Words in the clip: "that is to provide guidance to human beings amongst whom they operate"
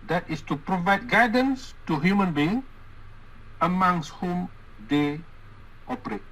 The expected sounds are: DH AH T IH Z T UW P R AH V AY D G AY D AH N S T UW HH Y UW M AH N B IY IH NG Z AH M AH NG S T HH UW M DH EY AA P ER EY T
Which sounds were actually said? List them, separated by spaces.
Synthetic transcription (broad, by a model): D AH T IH S T UW P R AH V AY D G AY D AH N S T UW HH Y UW M AH N B IY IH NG AH M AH NG S T HH UW M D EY AA P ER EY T